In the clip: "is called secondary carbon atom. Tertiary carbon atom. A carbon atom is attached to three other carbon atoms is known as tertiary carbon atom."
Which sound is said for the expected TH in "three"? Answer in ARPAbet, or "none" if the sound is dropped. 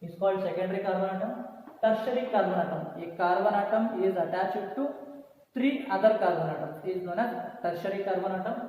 T